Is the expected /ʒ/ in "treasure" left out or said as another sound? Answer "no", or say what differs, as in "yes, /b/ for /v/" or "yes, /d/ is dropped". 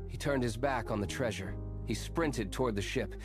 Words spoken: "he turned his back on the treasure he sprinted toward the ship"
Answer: no